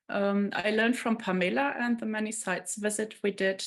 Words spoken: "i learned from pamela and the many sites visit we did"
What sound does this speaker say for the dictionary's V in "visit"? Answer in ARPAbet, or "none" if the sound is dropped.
V